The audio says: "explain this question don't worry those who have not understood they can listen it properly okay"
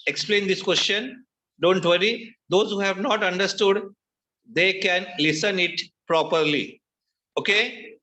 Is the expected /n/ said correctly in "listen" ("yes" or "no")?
yes